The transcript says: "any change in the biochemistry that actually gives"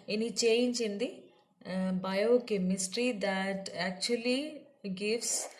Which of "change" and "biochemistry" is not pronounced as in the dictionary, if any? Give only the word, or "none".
change